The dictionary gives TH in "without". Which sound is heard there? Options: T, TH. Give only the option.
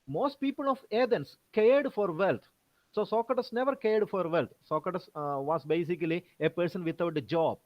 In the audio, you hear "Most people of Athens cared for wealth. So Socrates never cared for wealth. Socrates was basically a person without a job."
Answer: T